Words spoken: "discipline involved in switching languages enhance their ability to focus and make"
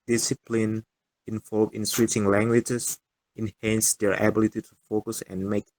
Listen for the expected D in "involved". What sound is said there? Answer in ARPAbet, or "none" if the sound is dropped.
none